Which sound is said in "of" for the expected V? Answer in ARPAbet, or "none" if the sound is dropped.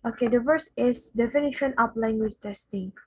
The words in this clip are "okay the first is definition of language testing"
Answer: P